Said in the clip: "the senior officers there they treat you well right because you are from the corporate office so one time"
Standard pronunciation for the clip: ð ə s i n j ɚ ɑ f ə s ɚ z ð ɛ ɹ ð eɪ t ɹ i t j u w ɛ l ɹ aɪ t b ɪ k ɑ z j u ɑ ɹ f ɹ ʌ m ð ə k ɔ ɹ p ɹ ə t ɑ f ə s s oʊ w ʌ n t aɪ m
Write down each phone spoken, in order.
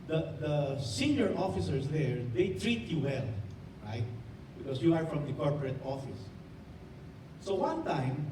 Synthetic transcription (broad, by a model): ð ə s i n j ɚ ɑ f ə s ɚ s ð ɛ ɹ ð eɪ t ɹ i t j u w ɛ l ɹ aɪ t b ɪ k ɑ s j u ɑ ɹ f ɹ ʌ m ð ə k ɔ ɹ p ɹ ə t ɑ f ə s s oʊ w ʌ n t aɪ m